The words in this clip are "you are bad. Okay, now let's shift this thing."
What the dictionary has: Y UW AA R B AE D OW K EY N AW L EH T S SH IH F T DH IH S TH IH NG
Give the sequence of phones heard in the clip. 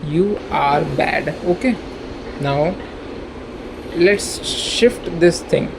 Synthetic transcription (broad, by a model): Y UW AA R B AE D OW K EY N AW L EH T S SH IH F T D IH S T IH NG